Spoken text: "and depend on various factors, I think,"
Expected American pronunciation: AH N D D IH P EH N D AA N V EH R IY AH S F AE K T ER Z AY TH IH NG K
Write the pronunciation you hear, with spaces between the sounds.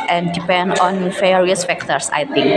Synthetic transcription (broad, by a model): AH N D D IH P EH N D AA N F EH R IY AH S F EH K T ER S AY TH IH NG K